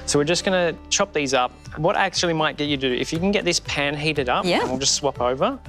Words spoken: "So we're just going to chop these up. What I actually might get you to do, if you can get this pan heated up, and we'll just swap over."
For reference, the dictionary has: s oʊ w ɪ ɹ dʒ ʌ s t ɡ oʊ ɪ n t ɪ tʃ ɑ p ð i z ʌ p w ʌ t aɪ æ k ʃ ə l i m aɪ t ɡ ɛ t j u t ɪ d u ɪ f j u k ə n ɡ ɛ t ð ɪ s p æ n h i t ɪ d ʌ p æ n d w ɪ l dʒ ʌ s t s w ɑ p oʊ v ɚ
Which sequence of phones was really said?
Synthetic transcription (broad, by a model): s oʊ w ɪ ɹ dʒ ʌ s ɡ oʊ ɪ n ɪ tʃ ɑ p ð i z ʌ p w ʌ t æ k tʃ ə l i m aɪ t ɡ ɛ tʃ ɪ d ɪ ɪ f j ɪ k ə n ɡ ɛ t ð ɪ s p æ n h i t ɪ d ʌ p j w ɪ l dʒ ʌ s t s w ɑ p oʊ v ɚ